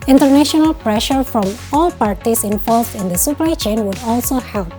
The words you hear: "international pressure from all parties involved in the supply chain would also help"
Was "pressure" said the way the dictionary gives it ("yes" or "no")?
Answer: yes